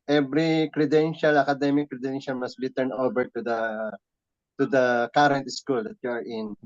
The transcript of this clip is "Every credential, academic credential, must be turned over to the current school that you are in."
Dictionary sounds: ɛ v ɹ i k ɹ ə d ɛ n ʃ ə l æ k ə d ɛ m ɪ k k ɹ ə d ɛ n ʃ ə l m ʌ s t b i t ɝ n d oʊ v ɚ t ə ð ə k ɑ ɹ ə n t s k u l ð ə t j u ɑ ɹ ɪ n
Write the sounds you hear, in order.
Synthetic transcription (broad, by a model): ɛ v ɹ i k ɹ ə d ɛ n ʃ ə l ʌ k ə d ɛ m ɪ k k ɹ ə d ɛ n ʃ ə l m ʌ s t b i t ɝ n oʊ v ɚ t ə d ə k ɑ ɹ ə n t s k u l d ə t j u ɑ ɹ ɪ n